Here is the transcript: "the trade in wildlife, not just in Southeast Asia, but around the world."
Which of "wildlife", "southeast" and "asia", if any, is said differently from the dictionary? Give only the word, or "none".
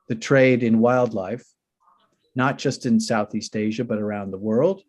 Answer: none